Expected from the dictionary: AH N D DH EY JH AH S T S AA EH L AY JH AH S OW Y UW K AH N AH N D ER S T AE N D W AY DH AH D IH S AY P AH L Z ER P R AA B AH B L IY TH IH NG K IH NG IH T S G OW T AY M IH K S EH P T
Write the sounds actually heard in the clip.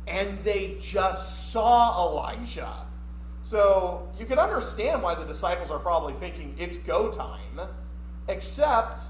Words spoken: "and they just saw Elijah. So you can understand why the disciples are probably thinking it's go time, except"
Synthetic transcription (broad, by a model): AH N DH EY JH AH S T S AA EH L AY ZH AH S OW Y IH K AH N AH N D ER S T AE N D W AY DH AH D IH S AY P L Z ER P R AA B AH B L IY TH IH NG K IH NG IH T S G OW T AY M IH K S EH P T